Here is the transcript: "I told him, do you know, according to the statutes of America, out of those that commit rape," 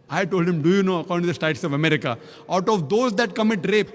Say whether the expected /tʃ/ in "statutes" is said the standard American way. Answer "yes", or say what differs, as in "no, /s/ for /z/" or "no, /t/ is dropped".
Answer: no, /tʃ/ is dropped